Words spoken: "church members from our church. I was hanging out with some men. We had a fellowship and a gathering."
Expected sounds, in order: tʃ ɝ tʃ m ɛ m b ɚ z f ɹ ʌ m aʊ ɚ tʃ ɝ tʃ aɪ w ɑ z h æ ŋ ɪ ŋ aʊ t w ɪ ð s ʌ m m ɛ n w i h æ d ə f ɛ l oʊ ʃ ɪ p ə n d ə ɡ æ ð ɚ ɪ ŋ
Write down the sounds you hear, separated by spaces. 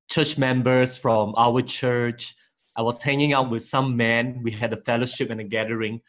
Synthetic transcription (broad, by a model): tʃ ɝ tʃ m ɛ m b ɚ s f ɹ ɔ m aʊ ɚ tʃ ɝ tʃ aɪ w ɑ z h æ ŋ ɪ ŋ aʊ t w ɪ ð s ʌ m m ɛ n w i h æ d ə f ɛ l oʊ ʃ ɪ p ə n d ə ɡ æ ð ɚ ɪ ŋ